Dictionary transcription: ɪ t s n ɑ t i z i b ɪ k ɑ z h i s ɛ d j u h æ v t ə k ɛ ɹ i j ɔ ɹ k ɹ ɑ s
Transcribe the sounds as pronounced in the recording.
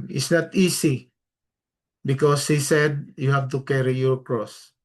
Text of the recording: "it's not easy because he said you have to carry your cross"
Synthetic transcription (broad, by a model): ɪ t s n ɑ t i s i b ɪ k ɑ s h i s ɛ d j u h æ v t ə k ɛ ɹ i j ɔ ɹ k ɹ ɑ s